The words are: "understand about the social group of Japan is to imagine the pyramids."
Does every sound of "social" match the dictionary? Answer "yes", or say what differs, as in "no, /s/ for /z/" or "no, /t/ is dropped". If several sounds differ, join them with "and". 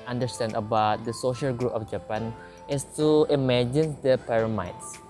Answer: yes